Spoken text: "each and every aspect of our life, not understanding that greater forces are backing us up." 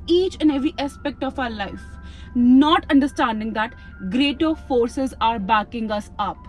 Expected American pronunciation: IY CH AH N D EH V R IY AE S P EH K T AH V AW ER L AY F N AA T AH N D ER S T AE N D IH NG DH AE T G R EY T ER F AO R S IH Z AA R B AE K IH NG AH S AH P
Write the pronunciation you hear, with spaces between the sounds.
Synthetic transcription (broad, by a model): IY CH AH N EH V R IY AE S P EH K T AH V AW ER L AY F N AA T AH N D ER S T AE N D IH NG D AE T G R EY T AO F AO R S IH Z AA R B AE K IH NG AH S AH P